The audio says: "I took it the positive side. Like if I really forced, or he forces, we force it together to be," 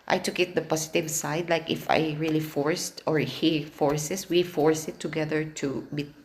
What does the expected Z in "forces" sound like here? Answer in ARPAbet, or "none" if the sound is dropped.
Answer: S